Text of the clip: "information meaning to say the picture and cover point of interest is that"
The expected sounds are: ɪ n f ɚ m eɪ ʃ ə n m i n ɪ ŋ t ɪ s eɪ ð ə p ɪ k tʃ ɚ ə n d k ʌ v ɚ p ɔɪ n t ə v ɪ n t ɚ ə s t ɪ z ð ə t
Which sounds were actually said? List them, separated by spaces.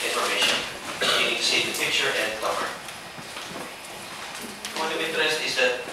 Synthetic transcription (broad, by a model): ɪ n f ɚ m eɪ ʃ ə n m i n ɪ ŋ t ɪ s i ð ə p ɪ k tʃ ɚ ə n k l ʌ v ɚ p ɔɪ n ə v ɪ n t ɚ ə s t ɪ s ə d